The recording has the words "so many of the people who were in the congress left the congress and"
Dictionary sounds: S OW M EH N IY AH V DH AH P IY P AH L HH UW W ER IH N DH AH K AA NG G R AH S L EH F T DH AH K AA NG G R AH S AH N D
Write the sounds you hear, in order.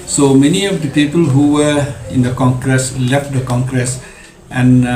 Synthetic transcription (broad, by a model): S OW M EH N IY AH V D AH P IY P AH L HH UW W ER IH N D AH K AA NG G R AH S L EH F T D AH K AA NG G R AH S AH N